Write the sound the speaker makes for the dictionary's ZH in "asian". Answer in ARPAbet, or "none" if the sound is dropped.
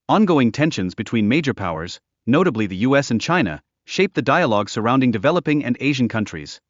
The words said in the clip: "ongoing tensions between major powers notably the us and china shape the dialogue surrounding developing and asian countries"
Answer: ZH